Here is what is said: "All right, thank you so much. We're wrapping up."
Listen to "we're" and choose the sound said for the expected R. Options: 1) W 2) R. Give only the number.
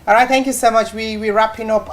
1